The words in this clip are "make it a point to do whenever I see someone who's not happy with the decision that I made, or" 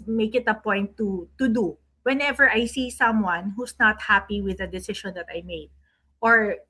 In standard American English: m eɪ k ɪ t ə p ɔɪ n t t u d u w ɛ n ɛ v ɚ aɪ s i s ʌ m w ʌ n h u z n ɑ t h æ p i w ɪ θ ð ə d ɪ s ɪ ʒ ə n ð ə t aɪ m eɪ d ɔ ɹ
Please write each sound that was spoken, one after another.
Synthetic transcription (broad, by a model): m eɪ k ɪ t ə p ɔɪ n t t u d u w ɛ n ɛ v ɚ aɪ s i s ʌ m w ʌ n h u s n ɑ t h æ p i w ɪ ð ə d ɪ s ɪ ʃ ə n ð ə t aɪ m eɪ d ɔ ɹ